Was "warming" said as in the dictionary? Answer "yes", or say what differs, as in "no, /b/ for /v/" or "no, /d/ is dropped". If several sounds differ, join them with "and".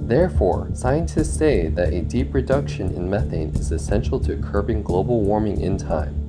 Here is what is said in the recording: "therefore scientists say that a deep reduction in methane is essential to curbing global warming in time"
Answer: yes